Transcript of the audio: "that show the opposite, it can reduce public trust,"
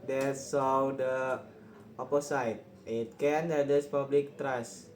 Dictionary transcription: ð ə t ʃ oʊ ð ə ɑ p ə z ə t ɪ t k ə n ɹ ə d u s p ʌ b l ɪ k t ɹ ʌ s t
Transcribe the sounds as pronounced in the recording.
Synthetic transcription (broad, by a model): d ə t s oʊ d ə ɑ p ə s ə t ɪ t k ə n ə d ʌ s p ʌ b l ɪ k t ɹ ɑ s